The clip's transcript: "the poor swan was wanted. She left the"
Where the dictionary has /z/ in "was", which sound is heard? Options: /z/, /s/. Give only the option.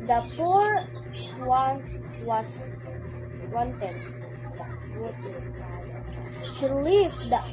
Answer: /s/